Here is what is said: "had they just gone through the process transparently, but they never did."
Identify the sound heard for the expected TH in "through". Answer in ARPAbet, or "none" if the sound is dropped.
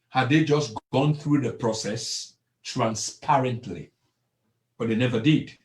TH